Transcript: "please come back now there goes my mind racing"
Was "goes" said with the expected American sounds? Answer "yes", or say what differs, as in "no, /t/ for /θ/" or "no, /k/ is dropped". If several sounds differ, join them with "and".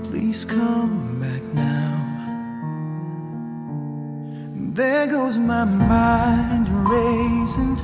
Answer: yes